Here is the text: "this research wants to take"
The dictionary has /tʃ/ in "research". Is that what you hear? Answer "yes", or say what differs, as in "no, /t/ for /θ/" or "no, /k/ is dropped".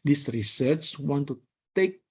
no, /s/ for /tʃ/